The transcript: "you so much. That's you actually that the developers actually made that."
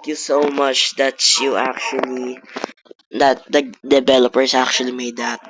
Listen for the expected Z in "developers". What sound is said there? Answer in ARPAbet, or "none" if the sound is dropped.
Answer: S